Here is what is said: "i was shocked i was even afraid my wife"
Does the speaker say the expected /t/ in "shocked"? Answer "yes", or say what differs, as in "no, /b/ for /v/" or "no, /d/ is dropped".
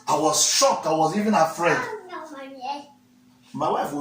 no, /t/ is dropped